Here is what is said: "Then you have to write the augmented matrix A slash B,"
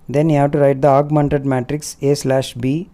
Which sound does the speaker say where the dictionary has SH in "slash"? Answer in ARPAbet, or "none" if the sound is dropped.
SH